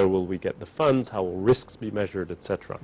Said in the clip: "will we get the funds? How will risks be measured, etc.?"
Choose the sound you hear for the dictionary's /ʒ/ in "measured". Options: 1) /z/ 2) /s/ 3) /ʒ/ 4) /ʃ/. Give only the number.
3